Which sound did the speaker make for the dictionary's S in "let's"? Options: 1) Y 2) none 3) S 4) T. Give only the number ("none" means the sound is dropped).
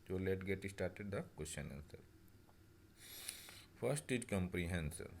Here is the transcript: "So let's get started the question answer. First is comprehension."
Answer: 2